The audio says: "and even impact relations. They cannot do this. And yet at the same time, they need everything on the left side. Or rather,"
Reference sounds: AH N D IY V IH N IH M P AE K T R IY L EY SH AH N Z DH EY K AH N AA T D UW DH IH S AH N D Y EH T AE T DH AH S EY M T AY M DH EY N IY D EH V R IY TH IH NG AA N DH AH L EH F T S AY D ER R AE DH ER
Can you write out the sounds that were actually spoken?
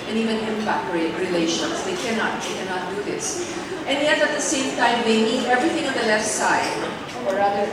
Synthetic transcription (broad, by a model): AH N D IY V IH N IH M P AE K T R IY L EY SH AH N S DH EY K AH N AA T D UW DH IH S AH N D Y EH T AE T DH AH S EY M T AY M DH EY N IY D EH V R IY TH IH NG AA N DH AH L EH F T S AY D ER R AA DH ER